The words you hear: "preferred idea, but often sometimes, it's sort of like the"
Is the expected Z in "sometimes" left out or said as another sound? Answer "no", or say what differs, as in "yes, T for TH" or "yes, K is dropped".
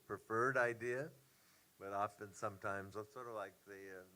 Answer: no